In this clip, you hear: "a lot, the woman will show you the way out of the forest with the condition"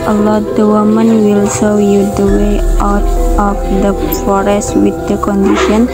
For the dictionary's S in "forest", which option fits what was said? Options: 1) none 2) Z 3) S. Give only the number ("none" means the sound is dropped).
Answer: 3